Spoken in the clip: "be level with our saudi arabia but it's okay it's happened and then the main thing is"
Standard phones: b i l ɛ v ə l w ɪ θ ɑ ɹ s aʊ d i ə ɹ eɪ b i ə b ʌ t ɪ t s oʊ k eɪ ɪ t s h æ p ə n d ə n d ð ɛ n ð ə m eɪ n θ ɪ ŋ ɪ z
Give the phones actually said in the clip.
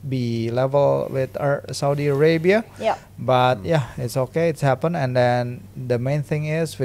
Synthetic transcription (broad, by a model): b i l ɛ v ə l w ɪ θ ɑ s aʊ d i ə ɹ eɪ b i ə b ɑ t ɪ t s oʊ k eɪ ɪ t s h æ p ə n ə n d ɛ n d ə m eɪ n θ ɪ ŋ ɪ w